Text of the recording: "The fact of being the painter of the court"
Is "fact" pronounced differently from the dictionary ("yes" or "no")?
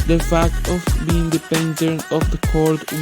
no